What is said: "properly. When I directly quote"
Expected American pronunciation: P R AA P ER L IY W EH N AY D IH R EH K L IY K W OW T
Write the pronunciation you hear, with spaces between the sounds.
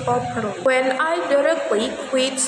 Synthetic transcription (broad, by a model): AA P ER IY W EH N AY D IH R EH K W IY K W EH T